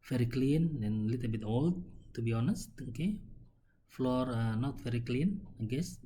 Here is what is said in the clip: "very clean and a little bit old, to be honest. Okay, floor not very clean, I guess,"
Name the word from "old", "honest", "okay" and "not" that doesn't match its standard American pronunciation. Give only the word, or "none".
none